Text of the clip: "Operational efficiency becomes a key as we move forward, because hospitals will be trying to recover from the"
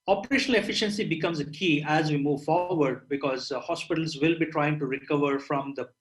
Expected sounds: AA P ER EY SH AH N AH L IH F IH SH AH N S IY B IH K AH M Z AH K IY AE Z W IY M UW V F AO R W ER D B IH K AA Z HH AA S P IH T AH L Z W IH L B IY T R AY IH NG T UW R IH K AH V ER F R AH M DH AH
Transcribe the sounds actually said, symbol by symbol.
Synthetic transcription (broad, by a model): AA P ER EY SH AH N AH L IH F IH SH AH N S IY B IH K AH M Z AH K IY AE Z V IY M UW V F AO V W ER D B IH K AA Z HH AA S P IH T AH L Z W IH L B IY T R AY IH NG T UW R IH K AH V ER F R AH M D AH